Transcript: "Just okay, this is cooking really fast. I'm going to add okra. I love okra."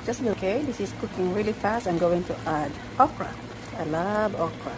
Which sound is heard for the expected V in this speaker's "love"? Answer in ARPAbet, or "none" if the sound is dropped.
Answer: B